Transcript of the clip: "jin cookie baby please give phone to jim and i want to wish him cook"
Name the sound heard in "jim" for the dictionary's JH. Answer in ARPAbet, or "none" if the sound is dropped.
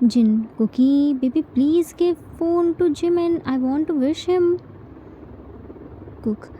JH